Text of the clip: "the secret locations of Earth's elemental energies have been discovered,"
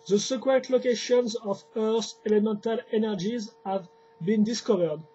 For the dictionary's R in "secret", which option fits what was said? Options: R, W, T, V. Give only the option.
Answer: W